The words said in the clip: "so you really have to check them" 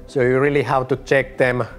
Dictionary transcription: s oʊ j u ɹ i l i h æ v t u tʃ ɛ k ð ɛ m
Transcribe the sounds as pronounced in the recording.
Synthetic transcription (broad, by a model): s oʊ j u ɹ i l i h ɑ w t u tʃ ɛ k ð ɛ m